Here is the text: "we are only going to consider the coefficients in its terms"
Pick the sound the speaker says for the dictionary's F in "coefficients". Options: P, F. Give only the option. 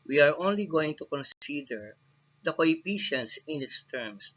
P